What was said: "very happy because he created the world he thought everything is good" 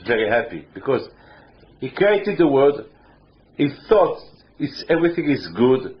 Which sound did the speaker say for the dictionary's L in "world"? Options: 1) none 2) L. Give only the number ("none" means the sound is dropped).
1